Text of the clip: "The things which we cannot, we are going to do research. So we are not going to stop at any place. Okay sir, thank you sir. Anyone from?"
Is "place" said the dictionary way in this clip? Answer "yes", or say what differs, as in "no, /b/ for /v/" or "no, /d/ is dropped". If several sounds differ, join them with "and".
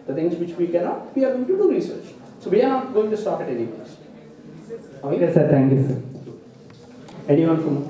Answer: no, /l/ is dropped